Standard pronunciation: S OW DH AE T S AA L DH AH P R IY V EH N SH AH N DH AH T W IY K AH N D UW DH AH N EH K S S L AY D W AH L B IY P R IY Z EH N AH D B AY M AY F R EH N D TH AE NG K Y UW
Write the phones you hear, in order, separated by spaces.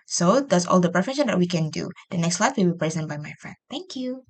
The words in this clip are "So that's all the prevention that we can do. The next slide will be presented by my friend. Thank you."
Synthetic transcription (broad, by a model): S OW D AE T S AA L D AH P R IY F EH SH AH N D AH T W IY K AH N D UW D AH N EH K S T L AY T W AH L B IY P R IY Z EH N B AY M AY F R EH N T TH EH NG K Y UW